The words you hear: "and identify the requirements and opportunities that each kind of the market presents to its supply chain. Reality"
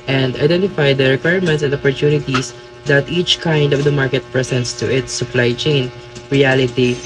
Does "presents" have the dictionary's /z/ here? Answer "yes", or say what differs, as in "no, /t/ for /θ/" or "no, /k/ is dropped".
no, /s/ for /z/